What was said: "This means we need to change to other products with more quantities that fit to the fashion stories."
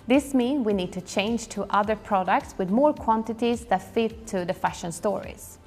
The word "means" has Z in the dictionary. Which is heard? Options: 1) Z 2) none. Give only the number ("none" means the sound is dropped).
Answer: 2